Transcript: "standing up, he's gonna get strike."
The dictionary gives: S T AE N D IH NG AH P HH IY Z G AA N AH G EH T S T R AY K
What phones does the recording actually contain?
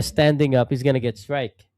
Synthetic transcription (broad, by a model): S T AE N D IH NG AH P HH IY Z G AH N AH G EH T S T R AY K